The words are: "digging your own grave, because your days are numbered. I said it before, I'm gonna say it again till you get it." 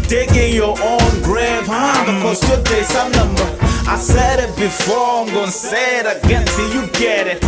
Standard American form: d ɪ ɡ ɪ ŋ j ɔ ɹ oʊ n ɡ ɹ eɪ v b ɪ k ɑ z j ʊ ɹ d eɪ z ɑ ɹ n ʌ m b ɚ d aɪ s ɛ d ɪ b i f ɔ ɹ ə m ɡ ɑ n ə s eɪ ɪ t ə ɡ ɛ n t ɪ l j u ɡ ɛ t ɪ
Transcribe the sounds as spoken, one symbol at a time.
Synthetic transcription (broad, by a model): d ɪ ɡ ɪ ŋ j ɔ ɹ oʊ n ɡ ɹ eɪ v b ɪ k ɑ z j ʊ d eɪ s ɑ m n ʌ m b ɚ aɪ s ɛ d ɪ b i f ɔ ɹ ə m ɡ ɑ n s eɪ ɪ t ə ɡ ɛ n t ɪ j u ɡ ɛ t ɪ